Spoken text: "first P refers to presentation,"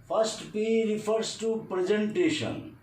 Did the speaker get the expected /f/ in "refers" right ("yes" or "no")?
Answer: no